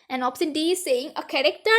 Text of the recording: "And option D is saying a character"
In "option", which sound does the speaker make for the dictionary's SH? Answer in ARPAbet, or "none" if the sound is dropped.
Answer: S